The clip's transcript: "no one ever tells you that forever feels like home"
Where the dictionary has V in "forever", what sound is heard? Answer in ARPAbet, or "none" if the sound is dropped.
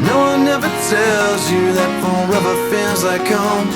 B